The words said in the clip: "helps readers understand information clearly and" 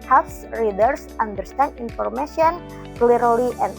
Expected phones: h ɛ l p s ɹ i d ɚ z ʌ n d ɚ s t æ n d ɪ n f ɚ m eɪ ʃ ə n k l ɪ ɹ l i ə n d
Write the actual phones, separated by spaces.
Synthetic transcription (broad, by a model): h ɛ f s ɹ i d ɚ s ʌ n d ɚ s t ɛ n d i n f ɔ m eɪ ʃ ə n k l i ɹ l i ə n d